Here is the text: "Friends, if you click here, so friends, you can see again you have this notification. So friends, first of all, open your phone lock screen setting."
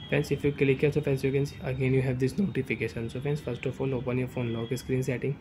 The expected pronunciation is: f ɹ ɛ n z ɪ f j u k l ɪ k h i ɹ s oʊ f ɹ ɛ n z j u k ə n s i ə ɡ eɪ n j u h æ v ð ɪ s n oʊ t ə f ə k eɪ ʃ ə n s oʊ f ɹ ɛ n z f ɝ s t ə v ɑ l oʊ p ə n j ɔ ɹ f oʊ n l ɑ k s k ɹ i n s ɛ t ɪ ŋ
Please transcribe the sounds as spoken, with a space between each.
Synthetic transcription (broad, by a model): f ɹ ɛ n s ɪ f j u k l ɪ k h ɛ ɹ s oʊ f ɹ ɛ n s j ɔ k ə n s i ə ɡ eɪ n j u h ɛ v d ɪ s n oʊ t ə f ə k eɪ ʃ ə n s oʊ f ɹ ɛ n s f ɝ s t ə f ɑ l oʊ p ə n j ɔ ɹ f oʊ n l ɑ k s k ɹ i n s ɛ t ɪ ŋ